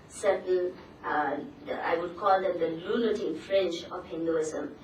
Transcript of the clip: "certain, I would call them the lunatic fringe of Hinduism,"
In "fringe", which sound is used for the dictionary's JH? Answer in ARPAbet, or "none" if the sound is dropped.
CH